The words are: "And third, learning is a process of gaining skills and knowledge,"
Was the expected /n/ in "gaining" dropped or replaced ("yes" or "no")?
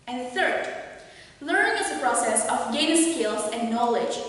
yes